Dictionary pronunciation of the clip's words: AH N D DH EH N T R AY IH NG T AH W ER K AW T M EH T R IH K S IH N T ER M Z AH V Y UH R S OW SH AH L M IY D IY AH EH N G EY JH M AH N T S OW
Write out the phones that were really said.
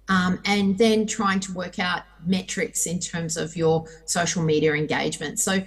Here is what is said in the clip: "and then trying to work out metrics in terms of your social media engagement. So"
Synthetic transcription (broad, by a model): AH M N DH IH N T R AY IH NG T AH W ER K AW T M EH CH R IH K S IH N T ER M Z AH V Y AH R S OW SH L M IY D IY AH EH N G EY JH M AH N T S OW